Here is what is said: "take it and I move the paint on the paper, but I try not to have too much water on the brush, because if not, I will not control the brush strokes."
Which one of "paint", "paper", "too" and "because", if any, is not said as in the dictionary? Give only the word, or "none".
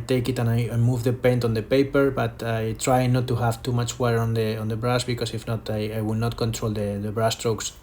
because